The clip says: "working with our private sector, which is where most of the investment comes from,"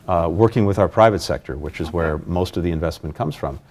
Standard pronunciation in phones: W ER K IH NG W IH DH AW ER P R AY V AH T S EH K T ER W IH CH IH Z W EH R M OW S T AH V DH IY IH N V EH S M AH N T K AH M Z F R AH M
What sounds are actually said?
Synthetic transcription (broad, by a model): W ER K IH NG W IH DH AW ER P R AY V AH T S EH K T ER W IH CH IH Z W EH R M OW S T AH V DH IY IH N V EH S M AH N K AH M Z F R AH M